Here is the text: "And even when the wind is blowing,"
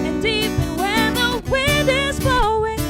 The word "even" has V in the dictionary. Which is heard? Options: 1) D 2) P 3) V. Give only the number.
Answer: 2